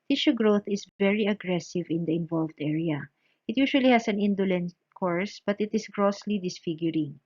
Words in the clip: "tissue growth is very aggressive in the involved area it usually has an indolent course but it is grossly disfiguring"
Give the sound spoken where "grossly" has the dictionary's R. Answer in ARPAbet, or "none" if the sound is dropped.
R